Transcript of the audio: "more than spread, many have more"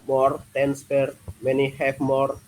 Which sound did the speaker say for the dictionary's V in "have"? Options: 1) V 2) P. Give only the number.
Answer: 2